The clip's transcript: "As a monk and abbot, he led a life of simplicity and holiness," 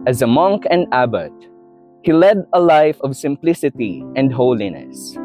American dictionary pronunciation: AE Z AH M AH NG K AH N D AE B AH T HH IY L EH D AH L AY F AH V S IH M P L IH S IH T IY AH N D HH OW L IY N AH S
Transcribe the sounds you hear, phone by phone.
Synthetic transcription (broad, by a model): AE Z AH M AH NG K AH N D AE B AH T HH IY L EH D AH L AY F AH V S IH M P L IH S IH T IY AH N D HH OW L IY N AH S